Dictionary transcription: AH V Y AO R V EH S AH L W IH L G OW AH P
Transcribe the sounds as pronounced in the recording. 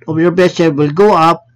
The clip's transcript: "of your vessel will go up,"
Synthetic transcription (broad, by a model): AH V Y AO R B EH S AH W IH L G OW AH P